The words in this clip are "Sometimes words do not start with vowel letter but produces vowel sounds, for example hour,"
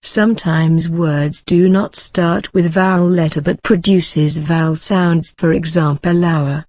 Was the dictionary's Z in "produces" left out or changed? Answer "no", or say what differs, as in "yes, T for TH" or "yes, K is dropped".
no